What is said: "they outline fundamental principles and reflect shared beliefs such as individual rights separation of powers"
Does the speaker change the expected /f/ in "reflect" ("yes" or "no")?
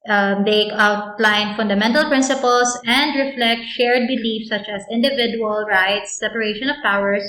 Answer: no